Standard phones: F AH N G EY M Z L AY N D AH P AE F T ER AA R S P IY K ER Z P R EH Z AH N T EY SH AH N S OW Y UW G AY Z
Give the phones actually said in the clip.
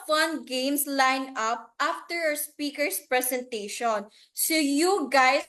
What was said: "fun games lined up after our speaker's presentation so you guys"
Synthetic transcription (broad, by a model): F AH N G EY M S L AY N AH P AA F T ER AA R S P IY K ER S P R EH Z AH N T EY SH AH N S OW Y UW G AY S